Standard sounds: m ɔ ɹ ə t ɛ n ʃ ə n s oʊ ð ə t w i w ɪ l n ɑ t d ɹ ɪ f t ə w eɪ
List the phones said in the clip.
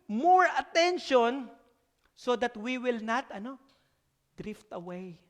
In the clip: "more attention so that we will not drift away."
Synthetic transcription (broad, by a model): m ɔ ɹ ə t ɛ n ʃ ə n s oʊ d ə t w i w ɪ l n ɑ t d ɹ ɪ f t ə w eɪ